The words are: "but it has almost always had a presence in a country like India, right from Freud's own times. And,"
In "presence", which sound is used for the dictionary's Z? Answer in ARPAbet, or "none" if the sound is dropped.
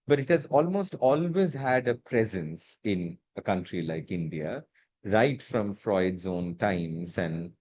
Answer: Z